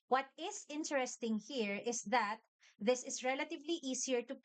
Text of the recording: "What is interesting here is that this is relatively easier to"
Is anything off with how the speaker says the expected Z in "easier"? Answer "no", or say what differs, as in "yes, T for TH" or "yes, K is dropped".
yes, S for Z